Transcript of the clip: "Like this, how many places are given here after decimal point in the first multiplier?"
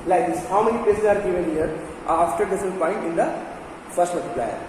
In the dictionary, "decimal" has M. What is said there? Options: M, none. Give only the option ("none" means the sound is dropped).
none